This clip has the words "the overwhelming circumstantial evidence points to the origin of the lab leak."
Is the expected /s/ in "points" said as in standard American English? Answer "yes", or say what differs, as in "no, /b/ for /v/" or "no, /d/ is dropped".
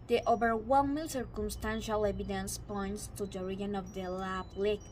yes